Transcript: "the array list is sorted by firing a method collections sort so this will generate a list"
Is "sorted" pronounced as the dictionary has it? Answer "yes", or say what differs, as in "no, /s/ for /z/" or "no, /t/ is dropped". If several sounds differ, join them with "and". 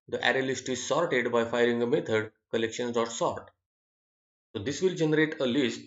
yes